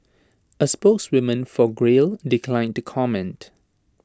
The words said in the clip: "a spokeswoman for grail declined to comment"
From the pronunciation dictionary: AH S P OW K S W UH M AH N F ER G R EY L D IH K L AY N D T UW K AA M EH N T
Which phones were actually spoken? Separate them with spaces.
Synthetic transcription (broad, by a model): AH S P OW K S W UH M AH N F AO G R EY L D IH K L AY N T UW K AA M EH N T